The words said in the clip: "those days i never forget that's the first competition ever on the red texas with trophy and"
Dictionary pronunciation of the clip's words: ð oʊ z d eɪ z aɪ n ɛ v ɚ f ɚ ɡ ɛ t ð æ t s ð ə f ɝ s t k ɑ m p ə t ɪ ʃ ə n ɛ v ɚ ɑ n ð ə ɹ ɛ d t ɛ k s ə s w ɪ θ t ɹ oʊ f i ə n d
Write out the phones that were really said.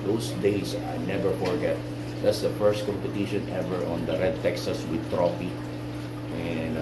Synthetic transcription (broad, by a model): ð oʊ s d eɪ s aɪ n ɛ v ɚ f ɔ ɡ ɛ t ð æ t s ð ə f ɝ s t k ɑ m p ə t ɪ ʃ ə n ɛ v ɚ ɑ n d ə ɹ ɛ d t ɛ k s ə s w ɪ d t ɹ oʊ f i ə n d